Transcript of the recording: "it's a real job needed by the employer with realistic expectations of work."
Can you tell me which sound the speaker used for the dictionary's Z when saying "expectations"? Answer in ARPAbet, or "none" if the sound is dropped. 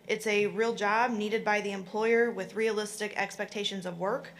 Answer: Z